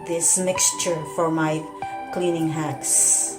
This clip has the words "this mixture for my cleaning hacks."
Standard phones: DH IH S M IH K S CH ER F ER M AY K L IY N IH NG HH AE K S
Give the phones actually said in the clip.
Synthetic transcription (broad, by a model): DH IH S M IH K S CH ER F ER M AY K L IY N IH NG HH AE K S